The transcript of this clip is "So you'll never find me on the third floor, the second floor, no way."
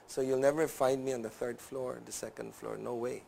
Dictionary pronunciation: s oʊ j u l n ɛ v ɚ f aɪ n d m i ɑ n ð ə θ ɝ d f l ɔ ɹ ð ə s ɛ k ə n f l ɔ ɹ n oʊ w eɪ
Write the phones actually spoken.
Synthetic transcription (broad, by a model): s oʊ j u l n ɛ v ɚ f aɪ n d m i ɑ n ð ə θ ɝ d f l ɔ ɹ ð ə s ɛ k ə n f l ɔ ɹ n oʊ w eɪ